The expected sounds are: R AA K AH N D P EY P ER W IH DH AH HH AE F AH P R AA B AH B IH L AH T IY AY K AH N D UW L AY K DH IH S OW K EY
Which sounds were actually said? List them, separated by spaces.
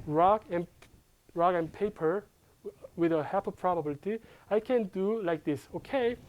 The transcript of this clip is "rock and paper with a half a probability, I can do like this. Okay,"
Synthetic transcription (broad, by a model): R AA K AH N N P EY P ER W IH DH AH HH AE P AH P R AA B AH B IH L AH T IY AY K AH N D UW L AY K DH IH S OW K EY